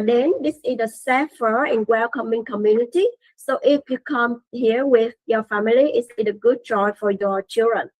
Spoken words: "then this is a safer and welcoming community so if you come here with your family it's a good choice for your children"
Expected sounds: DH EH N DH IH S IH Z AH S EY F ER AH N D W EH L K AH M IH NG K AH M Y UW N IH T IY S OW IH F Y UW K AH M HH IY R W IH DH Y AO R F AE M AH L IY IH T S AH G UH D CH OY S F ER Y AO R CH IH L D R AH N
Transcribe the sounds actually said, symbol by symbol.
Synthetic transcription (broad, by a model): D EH N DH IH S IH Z AH S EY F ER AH N W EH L K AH M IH NG K AH M Y UW N IH T IY S OW IH F Y UW K AH M HH IY R W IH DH Y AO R F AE M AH L IY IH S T AH G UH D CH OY F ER Y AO CH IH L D R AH N